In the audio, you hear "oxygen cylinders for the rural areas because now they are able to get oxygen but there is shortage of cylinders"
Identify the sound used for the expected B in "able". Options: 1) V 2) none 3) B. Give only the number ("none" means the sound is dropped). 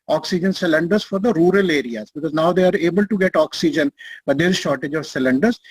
3